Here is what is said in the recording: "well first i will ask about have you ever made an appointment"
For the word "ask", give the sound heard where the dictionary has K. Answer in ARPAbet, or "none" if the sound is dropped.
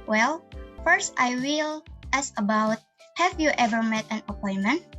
none